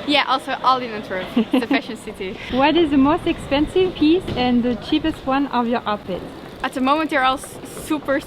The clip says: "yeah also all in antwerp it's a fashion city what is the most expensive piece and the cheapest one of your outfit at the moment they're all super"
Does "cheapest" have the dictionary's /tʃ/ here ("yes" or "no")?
yes